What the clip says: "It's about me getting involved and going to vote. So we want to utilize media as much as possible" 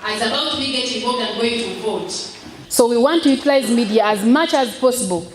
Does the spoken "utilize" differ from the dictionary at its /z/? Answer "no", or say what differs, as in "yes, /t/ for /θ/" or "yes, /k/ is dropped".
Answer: no